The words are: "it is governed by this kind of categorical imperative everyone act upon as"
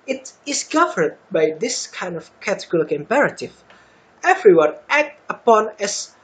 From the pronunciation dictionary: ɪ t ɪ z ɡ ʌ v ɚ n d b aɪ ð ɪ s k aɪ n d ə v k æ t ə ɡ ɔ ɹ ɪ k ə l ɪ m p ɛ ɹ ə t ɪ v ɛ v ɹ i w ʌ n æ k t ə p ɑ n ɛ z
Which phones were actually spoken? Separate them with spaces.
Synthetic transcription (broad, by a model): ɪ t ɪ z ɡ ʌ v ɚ d b aɪ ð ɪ s k aɪ n d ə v k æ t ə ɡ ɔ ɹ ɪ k ɪ m p ɛ ɹ ə t ɪ v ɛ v ɹ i w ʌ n æ k t ə p ɑ n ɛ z